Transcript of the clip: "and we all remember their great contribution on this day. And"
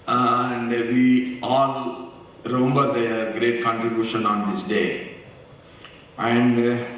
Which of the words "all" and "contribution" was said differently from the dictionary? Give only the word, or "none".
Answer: none